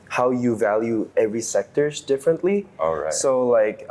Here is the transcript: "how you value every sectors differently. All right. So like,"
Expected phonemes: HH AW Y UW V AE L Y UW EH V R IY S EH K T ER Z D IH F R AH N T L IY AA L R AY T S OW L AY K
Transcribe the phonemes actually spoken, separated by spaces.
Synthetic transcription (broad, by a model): HH AW Y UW V AE L Y UW EH V R IY S EH K T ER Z D IH F R AH N T L IY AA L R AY S OW L AY K